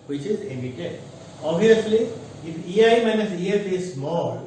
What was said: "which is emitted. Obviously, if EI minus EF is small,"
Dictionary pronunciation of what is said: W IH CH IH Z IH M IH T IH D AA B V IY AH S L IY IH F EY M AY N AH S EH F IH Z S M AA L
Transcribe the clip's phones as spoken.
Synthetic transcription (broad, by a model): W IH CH IH Z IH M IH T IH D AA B IY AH S L IY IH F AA M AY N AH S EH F IH Z S M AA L